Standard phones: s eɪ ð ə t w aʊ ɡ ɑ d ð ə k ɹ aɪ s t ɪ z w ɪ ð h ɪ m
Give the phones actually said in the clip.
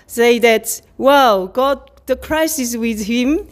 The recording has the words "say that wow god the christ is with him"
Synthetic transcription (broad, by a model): s eɪ ð ə t w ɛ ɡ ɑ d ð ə k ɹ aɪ s ɪ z w ɪ ð h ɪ m